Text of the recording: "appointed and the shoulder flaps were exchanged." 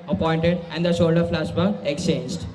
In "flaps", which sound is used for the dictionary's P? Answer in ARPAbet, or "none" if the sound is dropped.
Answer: none